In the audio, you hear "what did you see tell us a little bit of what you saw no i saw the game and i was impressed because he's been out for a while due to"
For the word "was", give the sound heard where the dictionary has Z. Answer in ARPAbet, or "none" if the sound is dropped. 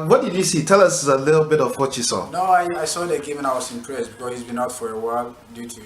S